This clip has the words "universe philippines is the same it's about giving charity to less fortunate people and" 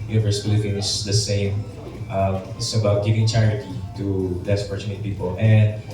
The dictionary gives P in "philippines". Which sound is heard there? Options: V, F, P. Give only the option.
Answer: F